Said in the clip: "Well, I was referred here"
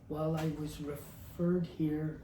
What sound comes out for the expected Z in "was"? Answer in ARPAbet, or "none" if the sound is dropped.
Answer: Z